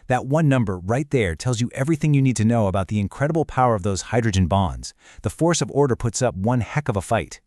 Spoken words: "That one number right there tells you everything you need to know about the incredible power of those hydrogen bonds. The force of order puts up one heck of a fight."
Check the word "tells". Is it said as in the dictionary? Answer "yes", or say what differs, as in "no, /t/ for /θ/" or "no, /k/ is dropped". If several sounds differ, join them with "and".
yes